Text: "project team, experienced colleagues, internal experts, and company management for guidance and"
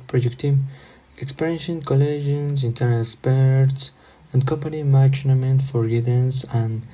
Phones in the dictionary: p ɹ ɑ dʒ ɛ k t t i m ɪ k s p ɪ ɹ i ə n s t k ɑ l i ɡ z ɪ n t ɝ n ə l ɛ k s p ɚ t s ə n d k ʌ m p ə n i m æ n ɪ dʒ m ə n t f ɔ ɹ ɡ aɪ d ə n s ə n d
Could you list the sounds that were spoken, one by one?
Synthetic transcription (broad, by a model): p ɹ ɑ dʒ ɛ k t t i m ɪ k s p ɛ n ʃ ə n k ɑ l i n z ɪ n t ɝ n ə l s p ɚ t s ə n d k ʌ m p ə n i m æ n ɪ m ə n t f ɔ ɹ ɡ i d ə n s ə n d